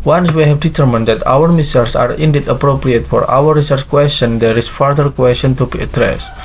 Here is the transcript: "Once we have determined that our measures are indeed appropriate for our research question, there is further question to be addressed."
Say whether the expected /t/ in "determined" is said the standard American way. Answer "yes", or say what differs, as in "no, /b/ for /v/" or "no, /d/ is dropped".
yes